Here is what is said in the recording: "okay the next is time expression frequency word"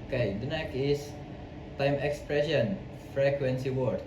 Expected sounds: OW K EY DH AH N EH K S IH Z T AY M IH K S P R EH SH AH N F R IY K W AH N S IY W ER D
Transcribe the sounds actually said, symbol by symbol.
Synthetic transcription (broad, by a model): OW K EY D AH N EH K IH S T AY M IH K S P R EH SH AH N F R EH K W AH N S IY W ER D